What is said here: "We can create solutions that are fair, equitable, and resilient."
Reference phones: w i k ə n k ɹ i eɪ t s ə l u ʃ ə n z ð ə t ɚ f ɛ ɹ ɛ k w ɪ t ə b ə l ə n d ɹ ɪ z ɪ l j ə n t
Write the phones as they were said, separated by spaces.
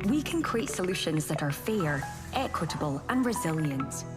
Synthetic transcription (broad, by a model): w i k ə n k ɹ i eɪ t s ə l u ʃ ə n z ð ə t ɚ f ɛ ɹ ɛ k w ɪ t ə b ə l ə n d ɹ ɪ z ɪ l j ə n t